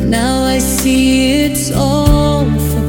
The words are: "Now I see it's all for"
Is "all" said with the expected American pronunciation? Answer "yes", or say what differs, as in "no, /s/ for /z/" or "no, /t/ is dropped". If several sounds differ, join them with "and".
no, /n/ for /l/